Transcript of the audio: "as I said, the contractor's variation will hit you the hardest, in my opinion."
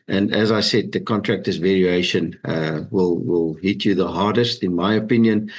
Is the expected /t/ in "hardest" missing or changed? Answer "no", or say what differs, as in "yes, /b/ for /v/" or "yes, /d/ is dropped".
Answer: no